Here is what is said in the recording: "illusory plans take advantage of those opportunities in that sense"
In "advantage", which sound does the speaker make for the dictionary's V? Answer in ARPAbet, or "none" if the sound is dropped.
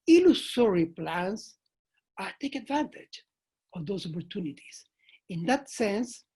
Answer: V